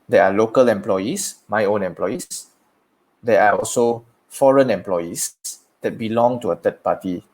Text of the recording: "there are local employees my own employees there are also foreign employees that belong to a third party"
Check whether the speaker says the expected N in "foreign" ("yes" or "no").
yes